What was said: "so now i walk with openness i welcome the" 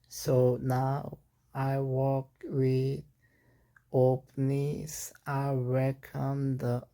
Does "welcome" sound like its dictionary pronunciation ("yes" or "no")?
no